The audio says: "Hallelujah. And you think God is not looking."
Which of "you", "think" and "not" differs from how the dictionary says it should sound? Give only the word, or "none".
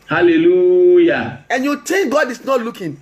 think